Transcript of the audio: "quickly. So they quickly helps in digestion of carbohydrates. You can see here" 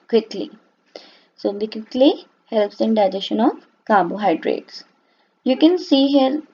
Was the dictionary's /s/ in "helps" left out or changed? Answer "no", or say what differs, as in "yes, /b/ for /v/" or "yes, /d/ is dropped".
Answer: no